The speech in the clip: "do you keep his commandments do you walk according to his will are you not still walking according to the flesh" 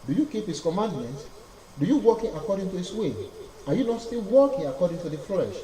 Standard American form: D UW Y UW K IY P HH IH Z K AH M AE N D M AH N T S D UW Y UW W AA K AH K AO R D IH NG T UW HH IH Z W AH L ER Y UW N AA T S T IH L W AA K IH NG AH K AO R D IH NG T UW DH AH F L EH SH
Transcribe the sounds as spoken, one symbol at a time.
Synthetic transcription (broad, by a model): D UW Y UW K IY P HH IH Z K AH M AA N D M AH N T D UW Y UW W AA K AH K AO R D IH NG T UW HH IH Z W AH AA Y UW N AA T S T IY L W AA K IH NG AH K AO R D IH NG T UW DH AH F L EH SH